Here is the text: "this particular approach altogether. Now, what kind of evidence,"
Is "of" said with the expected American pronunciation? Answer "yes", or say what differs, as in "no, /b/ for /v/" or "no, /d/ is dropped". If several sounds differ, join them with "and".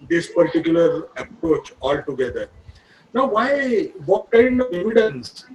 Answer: yes